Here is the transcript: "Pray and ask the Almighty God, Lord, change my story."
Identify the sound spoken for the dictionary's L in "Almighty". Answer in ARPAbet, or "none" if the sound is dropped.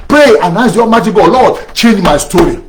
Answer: none